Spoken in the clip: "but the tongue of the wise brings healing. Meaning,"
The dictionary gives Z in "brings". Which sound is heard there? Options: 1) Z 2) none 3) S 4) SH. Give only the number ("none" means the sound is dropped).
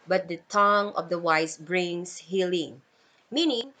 3